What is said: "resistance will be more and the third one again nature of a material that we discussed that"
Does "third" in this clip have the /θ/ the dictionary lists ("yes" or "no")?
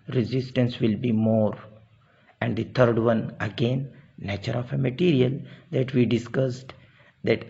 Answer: no